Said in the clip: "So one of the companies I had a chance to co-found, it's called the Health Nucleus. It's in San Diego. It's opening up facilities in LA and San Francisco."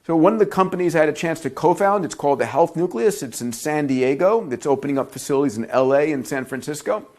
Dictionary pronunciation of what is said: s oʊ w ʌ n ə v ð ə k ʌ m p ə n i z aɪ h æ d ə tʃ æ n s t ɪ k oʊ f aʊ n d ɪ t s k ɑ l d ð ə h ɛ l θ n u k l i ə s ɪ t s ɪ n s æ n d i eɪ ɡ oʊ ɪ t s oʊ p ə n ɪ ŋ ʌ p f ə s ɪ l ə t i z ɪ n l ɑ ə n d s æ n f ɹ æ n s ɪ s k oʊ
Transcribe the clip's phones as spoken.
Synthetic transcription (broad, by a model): s oʊ w ʌ n ə v ð ə k ʌ m p ə n i z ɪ d ə tʃ æ n s t ɪ k oʊ f aʊ n d ɪ t s k ɑ l d ð ə h ɛ l θ n u k l i ə s ɪ t s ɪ n s æ n d i eɪ ɡ oʊ ɪ t s oʊ p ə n ɪ ŋ ʌ p f ə s ɪ l ə t i z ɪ n l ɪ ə n s æ n f ɹ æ n s ɪ s k oʊ